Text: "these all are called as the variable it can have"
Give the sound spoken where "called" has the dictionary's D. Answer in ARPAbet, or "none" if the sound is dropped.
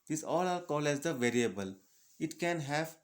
none